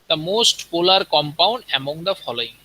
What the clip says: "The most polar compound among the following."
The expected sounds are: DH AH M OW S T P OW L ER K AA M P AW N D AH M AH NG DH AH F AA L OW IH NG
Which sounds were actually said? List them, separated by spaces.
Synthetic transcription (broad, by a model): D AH M OW S T P OW L ER K AA M P AW N D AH M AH NG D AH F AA L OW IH NG